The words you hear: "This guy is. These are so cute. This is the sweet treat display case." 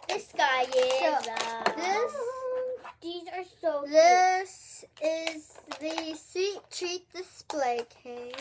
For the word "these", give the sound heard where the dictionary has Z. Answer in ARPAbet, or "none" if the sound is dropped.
Z